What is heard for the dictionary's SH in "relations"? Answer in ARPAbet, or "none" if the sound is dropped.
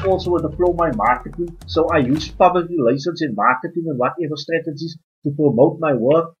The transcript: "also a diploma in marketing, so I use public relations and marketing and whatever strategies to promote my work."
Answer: S